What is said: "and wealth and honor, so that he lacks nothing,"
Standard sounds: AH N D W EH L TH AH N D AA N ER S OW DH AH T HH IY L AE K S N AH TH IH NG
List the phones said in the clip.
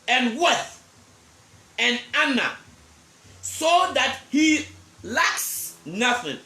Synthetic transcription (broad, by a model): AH N W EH TH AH N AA N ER S OW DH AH T HH IY L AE K S N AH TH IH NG